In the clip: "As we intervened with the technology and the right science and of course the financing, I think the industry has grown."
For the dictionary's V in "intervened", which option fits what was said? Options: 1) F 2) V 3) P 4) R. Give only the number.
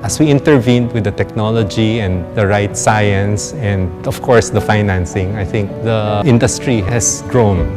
2